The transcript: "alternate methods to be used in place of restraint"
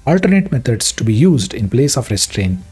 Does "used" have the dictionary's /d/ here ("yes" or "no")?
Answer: yes